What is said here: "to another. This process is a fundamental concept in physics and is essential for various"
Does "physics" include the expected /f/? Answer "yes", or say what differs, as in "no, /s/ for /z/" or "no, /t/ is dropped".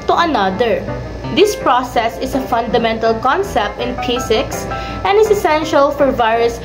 no, /p/ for /f/